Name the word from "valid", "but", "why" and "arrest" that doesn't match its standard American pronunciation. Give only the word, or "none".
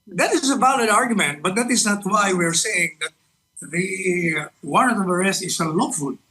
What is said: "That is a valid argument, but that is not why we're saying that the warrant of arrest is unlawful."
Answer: valid